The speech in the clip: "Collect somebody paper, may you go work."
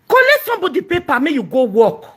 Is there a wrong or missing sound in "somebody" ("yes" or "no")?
yes